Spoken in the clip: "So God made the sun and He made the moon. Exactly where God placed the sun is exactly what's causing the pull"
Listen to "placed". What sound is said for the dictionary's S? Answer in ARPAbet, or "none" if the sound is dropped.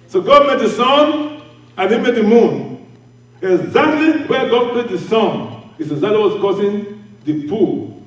none